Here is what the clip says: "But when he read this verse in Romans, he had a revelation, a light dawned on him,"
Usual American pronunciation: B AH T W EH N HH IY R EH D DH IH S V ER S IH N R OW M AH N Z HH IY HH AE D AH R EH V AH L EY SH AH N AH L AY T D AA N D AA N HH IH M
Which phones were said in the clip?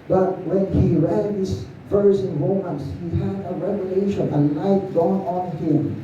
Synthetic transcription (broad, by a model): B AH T W EH N HH IY R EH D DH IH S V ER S IH N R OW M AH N S HH IY HH AE D AH R EH V AH L EY SH AH N AH N AY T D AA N AA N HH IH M